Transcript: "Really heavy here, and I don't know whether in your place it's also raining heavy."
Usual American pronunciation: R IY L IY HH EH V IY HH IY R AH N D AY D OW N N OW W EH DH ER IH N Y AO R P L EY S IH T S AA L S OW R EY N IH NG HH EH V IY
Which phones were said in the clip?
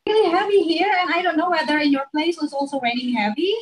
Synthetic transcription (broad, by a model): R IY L IY HH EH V IY HH IY R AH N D AY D OW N N OW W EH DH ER IH N Y AO R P L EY IH S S AA L S OW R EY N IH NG HH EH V IY